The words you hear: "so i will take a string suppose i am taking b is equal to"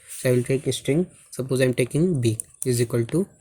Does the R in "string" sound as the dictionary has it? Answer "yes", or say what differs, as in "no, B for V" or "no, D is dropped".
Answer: yes